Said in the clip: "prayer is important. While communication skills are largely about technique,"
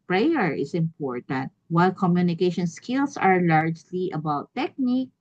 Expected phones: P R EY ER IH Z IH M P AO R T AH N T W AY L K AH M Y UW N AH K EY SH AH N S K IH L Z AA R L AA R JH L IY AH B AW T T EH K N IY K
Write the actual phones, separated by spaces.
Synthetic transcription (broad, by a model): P R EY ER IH S IH M P AO R T AH N T W AY L K AH M Y UW N AH K EY SH AH N S K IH L S AA R L AA R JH L IY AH B AW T T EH K N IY K